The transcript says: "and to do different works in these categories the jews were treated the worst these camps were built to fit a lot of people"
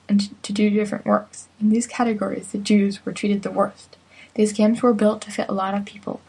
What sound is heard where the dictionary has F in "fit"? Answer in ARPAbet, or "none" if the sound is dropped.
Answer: F